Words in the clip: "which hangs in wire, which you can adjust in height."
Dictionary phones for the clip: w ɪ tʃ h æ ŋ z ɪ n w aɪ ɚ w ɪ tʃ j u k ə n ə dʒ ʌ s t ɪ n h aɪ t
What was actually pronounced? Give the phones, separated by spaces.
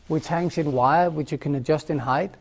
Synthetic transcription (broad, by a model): w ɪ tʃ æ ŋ s ɪ n w aɪ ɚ w ɪ tʃ j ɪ k ə n ə dʒ ʌ s t ɪ n h aɪ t